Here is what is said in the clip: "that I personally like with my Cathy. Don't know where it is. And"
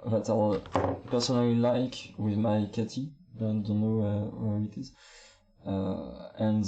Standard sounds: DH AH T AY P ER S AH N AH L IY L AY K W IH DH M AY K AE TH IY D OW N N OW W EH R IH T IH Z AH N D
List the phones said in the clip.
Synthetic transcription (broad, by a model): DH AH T AY P ER S AH N AH L IY L AY K W IH DH M AY K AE T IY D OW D N OW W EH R IH T IH Z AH N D